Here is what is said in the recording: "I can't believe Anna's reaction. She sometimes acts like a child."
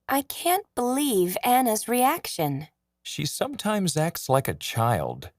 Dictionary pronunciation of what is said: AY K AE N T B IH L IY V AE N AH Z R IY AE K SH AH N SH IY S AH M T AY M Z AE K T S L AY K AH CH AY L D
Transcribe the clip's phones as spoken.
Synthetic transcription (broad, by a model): AY K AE N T B IH L IY V AE N AH Z R IY AE K SH AH N SH IY S AH M T AY M Z AE K T S L AY K AH CH AY L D